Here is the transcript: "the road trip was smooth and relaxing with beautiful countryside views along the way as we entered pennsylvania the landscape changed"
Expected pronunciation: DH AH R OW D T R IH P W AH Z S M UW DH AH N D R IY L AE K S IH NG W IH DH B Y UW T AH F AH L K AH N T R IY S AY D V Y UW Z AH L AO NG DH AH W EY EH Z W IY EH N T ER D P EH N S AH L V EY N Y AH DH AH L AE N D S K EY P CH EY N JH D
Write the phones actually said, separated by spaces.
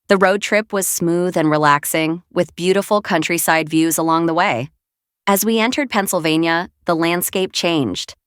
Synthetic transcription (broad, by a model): DH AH R OW D T R IH P W AH Z S M UW DH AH N R IY L AE K S IH NG W IH DH B Y UW T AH F L K AH N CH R IY S AY D V Y UW Z AH L AO NG DH AH W EY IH Z W IY EH N T ER D P EH N S L V EY N Y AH DH AH L AE N D S K EY P CH EY N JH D